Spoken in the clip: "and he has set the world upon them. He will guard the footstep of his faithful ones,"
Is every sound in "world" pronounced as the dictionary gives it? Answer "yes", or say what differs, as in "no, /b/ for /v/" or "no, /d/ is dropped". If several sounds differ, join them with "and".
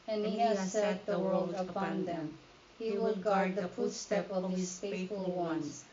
yes